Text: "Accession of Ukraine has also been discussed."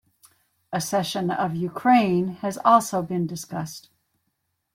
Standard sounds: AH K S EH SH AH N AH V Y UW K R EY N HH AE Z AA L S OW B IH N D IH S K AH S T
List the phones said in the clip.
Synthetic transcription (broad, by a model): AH S EH SH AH N AH V Y UW K R EY N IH Z AA L S OW B IH N D IH S K AH S T